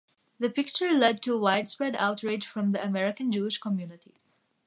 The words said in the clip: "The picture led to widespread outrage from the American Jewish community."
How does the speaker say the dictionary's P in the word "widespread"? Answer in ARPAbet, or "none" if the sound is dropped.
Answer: P